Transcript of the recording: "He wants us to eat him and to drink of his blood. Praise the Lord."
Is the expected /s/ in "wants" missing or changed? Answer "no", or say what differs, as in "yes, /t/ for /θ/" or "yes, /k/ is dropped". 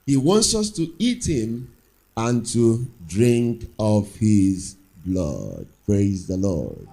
no